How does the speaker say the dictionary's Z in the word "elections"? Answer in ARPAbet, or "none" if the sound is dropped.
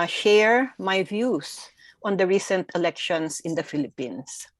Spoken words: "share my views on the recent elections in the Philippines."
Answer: S